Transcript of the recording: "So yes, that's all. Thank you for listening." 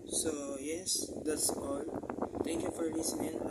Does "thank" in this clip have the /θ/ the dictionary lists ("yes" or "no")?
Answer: no